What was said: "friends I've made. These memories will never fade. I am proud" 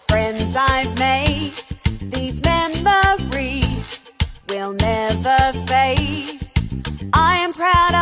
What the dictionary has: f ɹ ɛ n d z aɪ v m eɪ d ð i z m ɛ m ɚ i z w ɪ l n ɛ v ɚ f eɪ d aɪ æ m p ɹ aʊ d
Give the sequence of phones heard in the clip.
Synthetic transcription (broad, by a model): f ɹ ɛ n d z aɪ v m eɪ d ð i z m ɛ m ɚ i z w ɪ l n ɛ v ɚ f eɪ aɪ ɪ m p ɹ aʊ d